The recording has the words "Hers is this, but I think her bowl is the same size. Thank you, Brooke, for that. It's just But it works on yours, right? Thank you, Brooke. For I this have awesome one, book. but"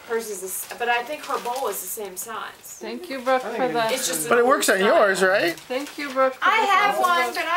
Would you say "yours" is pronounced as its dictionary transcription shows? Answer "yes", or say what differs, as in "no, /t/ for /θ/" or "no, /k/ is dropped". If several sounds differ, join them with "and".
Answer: yes